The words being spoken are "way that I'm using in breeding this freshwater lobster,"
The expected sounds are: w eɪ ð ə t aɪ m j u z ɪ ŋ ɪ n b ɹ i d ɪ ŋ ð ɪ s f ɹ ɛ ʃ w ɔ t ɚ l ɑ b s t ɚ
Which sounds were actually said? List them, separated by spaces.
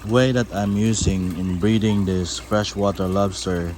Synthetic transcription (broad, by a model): w eɪ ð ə t aɪ m j u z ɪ ŋ ɪ n b ɹ i d ɪ ŋ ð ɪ s f ɹ ɛ ʃ w ɔ t ɚ l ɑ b s t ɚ